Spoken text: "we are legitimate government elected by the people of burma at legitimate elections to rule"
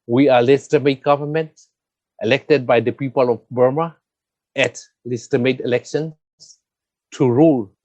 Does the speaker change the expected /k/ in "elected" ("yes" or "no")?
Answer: no